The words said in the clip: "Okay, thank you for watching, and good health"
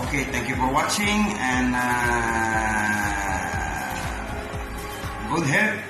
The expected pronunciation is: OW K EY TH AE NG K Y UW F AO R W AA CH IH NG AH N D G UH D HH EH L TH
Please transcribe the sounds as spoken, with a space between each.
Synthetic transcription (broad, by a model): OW K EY T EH NG K Y UW F AO R W AA CH IH NG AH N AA G UH D HH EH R